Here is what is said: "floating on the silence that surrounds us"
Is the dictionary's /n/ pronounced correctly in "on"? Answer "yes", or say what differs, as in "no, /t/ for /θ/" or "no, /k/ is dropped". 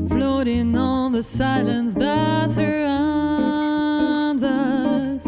no, /l/ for /n/